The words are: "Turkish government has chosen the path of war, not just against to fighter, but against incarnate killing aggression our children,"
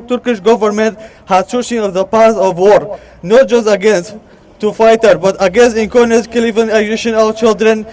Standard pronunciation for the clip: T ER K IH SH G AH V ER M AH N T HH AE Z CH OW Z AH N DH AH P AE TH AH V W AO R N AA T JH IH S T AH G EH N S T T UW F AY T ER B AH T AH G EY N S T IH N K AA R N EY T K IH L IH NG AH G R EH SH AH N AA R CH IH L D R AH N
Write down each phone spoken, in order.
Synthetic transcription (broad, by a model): T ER K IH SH G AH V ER M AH N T HH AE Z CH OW S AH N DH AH P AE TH AH V W AO R N AA T JH IH S T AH G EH N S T T UW F AY T ER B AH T AH G EY N S T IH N K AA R N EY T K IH L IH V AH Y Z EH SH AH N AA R CH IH L D R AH N